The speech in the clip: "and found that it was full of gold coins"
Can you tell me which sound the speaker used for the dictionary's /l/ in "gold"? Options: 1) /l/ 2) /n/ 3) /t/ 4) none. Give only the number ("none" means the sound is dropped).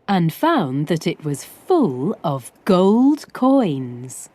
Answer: 1